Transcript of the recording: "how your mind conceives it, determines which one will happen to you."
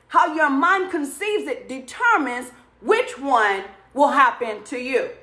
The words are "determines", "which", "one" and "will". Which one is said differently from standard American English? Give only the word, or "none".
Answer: none